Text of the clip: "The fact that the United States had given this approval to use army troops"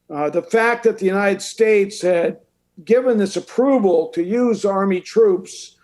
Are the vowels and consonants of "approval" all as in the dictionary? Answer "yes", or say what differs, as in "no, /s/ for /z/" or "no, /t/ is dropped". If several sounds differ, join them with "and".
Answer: yes